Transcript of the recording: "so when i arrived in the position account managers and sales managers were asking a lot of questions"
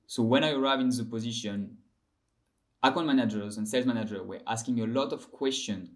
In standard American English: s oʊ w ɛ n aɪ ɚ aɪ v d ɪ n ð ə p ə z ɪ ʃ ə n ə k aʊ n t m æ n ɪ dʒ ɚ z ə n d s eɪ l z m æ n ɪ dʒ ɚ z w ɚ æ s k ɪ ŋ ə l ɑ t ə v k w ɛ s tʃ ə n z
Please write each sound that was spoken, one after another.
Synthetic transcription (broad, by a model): s oʊ w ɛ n aɪ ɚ aɪ v ɪ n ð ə p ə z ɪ ʃ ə n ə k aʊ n m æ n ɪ dʒ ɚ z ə n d s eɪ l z m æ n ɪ dʒ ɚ w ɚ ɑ s k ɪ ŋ ə l ɑ t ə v k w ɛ s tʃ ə n